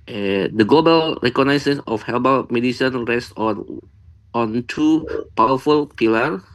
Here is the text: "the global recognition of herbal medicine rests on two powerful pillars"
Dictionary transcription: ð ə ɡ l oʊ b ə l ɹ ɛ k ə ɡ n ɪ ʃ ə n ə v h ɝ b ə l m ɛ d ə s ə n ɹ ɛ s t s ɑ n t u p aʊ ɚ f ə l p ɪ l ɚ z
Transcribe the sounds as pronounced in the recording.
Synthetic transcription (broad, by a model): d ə ɡ l oʊ b ə l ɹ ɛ k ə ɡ n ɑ s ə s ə f h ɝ b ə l m ɛ d ə s ə n ɹ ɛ s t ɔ ɑ n t u p aʊ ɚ f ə l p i l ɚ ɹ